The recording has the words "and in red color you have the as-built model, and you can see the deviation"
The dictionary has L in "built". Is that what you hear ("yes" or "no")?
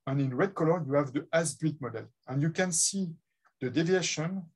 no